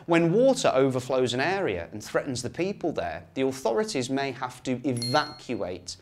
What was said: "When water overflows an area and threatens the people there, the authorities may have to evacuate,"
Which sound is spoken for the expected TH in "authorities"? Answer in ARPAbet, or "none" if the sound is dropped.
TH